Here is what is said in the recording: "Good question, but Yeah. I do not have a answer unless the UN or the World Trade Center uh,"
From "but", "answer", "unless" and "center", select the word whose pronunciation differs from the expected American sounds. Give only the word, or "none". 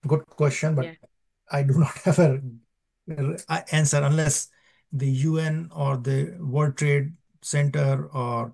none